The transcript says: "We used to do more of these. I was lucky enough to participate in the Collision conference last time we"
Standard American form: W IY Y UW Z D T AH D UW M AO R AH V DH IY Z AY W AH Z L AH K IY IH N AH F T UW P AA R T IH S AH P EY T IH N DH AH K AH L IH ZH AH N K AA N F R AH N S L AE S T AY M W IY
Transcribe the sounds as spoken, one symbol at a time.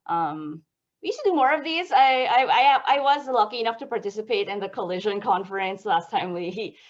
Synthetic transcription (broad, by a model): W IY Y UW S T AH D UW M AO R AH V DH IY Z AY W AH Z L AH K IY IH N AH F T UW P AA R T IH S AH P EY T IH N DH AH K AH L IH ZH AH N K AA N F R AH N S L AE S T AY M W IY